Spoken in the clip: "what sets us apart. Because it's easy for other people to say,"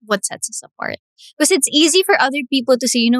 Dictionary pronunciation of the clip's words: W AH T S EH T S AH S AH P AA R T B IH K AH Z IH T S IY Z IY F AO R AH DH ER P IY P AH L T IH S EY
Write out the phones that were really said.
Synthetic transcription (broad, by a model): W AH T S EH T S AH S AH P AA R T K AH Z IH T S IY Z IY F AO R AH DH ER P IY P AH L T IH S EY